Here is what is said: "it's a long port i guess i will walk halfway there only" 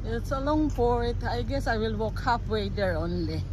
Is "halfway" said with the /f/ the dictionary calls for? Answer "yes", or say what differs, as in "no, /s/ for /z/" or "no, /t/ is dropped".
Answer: no, /p/ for /f/